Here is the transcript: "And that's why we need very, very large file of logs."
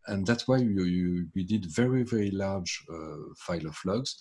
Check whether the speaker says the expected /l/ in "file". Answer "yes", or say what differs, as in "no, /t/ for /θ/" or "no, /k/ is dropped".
yes